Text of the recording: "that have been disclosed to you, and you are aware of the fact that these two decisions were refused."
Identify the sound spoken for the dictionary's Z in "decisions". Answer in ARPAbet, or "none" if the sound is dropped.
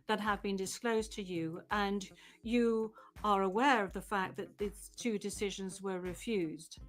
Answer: Z